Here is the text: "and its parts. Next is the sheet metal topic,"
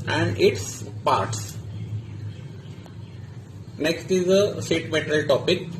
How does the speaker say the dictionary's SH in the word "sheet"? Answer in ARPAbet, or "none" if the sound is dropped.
S